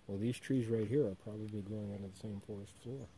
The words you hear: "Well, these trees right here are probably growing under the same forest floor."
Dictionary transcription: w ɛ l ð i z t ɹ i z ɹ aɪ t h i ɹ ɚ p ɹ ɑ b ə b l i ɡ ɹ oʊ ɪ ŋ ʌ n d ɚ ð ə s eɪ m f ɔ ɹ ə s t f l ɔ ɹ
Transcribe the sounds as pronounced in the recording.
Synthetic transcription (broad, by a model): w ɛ l ð i z t ɹ i z ɹ aɪ t h i ɹ ɚ p ɹ ɑ b ə b l i ɡ ɹ oʊ ɪ ŋ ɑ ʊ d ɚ ð ə s eɪ m f ɔ ɹ ə s t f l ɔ ɹ